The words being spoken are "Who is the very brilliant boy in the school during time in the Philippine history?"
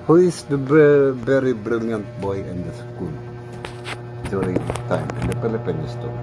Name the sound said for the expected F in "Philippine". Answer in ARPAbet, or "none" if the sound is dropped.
P